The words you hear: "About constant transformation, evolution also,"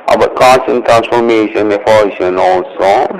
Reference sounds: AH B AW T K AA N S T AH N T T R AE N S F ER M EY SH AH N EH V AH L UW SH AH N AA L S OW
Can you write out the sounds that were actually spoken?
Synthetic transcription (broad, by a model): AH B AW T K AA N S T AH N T T R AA N S F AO M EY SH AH N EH F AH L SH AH N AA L S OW